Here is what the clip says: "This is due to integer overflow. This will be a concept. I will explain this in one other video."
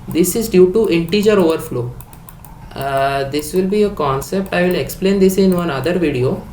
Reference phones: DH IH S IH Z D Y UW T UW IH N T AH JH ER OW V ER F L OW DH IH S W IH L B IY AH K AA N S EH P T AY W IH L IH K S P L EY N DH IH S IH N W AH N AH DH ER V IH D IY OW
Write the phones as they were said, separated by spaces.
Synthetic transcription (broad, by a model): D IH S IH Z D Y UW T UW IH N T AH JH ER OW V ER F L OW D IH S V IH L B IY AH K AA N S EH P T AY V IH L IH K S P L EY N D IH S IH N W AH N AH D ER V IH D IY OW